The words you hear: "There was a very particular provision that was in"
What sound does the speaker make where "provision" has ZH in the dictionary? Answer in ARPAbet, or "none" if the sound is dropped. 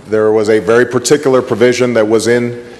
ZH